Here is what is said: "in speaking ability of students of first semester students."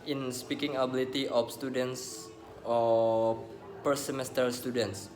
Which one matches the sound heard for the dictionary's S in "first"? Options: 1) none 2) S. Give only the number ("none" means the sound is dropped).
1